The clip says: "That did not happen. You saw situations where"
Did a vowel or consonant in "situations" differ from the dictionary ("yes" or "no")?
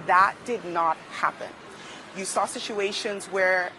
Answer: no